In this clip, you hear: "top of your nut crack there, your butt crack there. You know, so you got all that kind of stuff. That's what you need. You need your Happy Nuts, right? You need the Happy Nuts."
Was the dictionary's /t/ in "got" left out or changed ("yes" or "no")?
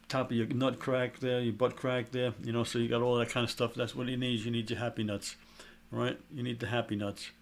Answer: no